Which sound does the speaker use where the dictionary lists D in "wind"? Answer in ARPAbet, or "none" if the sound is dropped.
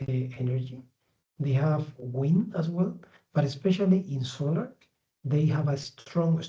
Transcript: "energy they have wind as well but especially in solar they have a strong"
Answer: none